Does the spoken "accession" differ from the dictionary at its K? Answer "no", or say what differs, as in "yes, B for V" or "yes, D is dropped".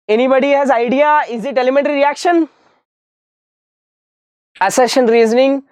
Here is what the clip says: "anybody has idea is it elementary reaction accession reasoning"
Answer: yes, K is dropped